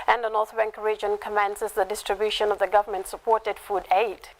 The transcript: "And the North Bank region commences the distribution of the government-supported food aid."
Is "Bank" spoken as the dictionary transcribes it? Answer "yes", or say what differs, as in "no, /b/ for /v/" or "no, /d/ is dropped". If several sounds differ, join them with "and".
yes